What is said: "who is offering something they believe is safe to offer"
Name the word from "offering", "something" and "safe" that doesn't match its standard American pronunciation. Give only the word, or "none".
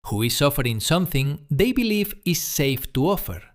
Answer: none